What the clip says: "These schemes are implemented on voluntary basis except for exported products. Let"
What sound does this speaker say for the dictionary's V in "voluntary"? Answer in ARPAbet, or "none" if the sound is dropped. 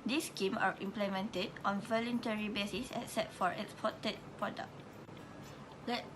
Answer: V